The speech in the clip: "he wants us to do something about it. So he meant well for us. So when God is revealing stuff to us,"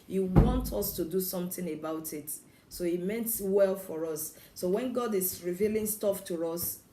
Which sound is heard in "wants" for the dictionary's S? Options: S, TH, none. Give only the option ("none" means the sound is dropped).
none